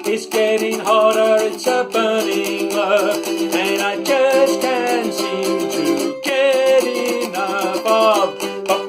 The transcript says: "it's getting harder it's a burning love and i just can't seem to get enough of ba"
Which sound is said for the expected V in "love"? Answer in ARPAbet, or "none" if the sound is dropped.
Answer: P